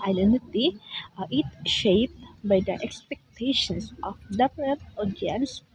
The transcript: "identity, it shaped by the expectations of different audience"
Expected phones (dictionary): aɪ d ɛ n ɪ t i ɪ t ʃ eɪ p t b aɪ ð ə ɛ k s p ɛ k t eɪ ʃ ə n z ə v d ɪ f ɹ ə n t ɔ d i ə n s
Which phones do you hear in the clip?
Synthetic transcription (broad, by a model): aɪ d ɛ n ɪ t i ɪ t ʃ eɪ p t b aɪ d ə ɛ k s p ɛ k t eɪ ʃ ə n s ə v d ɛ p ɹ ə t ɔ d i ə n s